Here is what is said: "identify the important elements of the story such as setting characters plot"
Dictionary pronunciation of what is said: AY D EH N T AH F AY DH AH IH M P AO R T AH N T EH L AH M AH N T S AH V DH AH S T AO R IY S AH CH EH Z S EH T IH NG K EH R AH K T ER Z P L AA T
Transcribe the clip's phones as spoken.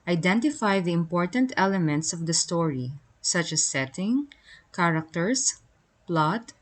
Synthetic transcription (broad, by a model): AY D EH N T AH F AY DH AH IH M P AO R T AH N T EH L AH M AH N T S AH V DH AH S T AO R IY S AH CH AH S EH T IH NG K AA R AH K T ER S P L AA T